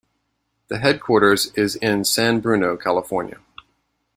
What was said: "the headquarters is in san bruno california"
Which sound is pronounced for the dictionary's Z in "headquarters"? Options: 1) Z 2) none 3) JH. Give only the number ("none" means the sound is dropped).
1